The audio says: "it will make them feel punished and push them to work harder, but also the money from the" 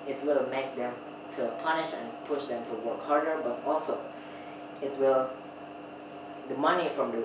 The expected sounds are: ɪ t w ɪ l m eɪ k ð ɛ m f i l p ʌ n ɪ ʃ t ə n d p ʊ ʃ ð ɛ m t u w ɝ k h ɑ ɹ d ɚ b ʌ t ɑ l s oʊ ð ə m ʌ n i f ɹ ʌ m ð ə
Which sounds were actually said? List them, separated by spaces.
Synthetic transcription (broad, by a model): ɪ t w ɪ l m eɪ k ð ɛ m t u p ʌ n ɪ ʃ ə n p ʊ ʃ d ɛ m t u w ɝ k h ɑ ɹ d ɚ b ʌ t ɑ l s oʊ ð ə m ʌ n i f ɹ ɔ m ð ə